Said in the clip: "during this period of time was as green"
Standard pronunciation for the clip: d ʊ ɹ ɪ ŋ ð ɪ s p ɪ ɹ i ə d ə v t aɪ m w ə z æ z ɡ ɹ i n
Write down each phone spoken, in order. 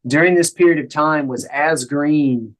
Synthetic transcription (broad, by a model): d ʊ ɹ ɪ ŋ ð ɪ s p ɪ ɹ i ə d ə v t aɪ m w ə z æ z ɡ ɹ i n